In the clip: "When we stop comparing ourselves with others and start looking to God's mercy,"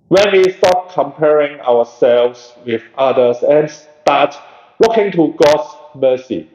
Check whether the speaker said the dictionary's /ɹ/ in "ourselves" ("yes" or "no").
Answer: no